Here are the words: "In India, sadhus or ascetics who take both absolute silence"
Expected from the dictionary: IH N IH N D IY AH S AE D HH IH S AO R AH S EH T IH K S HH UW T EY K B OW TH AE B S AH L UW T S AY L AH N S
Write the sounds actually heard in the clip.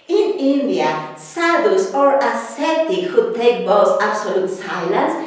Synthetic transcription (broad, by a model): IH N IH N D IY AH S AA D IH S AO R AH S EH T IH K HH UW T EY K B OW S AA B S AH L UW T S AY L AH N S